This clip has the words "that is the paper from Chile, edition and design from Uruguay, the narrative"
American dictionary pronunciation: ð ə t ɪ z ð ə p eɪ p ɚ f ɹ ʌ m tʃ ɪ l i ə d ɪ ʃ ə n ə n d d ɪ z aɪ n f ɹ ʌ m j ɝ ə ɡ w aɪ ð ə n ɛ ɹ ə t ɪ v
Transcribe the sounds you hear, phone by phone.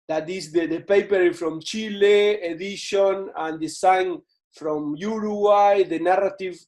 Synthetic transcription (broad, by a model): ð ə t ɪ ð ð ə p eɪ p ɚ f ɹ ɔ m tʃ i l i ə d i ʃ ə n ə n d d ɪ s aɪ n f ɹ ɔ m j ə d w aɪ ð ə n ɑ ɹ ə t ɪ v